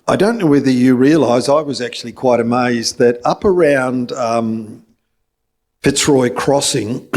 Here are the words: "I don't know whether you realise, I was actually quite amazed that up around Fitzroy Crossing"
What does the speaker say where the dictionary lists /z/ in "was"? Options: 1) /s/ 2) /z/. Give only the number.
2